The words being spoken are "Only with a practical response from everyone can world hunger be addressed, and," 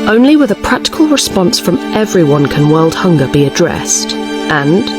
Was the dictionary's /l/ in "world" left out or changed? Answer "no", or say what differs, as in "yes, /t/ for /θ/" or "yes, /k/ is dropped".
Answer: no